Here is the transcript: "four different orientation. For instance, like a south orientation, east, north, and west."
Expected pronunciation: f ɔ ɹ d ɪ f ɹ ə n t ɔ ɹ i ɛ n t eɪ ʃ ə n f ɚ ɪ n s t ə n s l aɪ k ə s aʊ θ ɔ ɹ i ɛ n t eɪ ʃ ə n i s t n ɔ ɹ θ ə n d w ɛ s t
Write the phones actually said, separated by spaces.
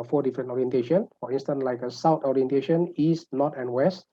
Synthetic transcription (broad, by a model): f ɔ d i f ɹ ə n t ɔ ɹ i ɛ n t eɪ ʃ ə n f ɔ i n s t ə n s l aɪ k ə s aʊ t ɔ ɹ i ɛ n t eɪ ʃ ə n i s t n ɔ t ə n w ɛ s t